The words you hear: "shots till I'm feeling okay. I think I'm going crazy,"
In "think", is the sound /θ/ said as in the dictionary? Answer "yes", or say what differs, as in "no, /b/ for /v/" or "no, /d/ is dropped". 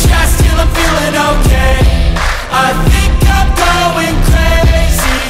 yes